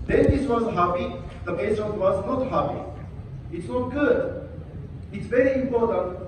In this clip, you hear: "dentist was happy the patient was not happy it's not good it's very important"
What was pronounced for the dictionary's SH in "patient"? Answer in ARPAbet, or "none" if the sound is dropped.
S